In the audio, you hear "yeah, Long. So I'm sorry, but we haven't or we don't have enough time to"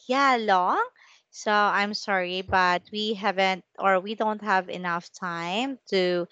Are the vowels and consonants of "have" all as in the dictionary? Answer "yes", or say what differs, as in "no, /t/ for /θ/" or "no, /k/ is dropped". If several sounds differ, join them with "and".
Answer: yes